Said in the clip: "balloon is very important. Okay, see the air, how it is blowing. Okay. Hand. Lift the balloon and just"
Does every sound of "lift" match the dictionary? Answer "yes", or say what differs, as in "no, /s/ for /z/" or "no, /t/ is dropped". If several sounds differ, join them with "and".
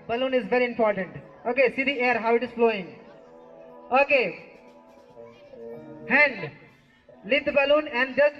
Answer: no, /f/ is dropped